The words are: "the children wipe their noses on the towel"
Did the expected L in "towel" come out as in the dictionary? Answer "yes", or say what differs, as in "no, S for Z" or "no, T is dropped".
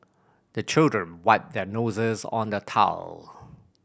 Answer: yes